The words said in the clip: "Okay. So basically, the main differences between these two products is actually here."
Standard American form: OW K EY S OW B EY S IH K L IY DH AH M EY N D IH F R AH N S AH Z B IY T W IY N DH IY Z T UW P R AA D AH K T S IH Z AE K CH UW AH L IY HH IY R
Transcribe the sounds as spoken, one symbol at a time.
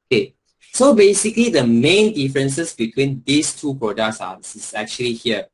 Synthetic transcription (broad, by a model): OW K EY S OW B EY S IH K L IY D AH M EY N D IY F R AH N S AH S B IY T W IY N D IY S T UW P R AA D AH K S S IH S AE K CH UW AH L IY HH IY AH